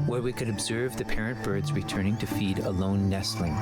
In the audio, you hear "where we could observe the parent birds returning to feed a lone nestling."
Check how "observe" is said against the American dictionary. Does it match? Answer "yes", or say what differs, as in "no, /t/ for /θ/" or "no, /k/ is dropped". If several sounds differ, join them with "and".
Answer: yes